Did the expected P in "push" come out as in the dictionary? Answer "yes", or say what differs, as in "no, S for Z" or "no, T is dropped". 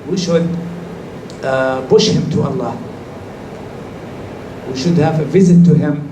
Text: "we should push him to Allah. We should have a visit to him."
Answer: no, B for P